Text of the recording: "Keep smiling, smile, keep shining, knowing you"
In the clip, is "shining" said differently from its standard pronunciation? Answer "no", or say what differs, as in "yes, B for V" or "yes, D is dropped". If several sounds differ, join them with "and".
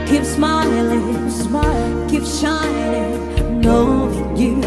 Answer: yes, L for N